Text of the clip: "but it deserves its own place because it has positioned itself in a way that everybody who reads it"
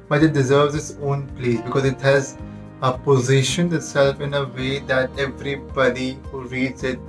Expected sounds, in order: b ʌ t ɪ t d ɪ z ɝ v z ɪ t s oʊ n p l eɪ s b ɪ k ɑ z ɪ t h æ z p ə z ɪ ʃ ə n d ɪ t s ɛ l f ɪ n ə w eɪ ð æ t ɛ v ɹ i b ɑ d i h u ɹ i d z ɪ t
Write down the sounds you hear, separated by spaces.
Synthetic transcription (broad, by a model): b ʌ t ɪ t d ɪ z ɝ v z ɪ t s oʊ n p l eɪ s b ɪ k ɑ z ɪ t h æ z p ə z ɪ ʃ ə n ɪ t s ɛ l f ɪ n ə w eɪ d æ t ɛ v ɹ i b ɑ d i h u ɹ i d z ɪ t